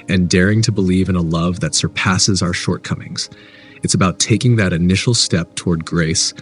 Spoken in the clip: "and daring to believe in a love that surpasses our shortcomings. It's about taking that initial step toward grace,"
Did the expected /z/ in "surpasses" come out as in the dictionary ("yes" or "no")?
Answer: yes